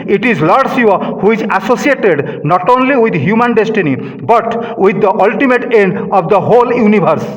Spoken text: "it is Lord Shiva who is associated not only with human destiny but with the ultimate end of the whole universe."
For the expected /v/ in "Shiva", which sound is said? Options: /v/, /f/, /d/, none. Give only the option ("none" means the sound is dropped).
none